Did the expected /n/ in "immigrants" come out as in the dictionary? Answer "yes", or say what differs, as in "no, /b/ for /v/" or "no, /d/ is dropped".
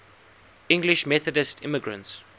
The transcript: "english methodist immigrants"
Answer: yes